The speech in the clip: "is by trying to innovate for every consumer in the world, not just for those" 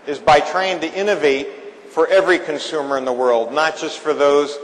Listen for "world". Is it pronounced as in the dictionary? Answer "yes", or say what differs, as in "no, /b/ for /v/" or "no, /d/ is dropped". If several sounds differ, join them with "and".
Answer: yes